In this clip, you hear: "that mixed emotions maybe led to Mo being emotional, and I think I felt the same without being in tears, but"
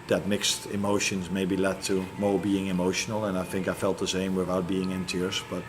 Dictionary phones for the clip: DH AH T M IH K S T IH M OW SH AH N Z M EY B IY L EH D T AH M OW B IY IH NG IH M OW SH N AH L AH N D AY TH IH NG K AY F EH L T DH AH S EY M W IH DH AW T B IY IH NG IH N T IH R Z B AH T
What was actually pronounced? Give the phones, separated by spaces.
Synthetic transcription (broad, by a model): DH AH T M IH K S T IH M OW SH AH N Z M EY B IY L EH D T AH M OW B IY IH NG IH M OW SH N AH L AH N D AY TH IH NG K AY F EH L T DH AH S EY M W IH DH AW T B IY IH NG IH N T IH R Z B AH T